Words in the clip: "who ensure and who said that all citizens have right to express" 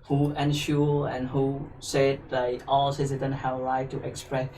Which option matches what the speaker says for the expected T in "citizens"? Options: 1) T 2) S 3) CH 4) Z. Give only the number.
2